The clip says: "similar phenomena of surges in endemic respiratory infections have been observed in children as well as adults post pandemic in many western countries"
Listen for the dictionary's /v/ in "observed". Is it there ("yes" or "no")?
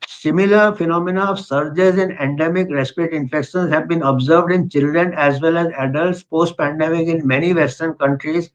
yes